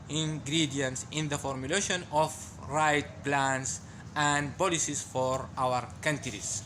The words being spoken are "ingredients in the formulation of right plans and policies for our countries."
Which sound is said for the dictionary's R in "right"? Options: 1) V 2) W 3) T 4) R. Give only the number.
4